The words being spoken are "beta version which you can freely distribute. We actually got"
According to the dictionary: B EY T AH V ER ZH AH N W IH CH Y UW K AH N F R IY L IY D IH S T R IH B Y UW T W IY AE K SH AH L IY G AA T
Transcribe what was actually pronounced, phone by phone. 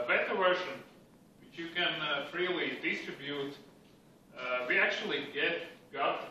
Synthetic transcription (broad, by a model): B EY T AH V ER SH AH N W IH CH Y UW K AH N F R IY L IY D IH S T R IH B Y UW T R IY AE K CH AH L IY G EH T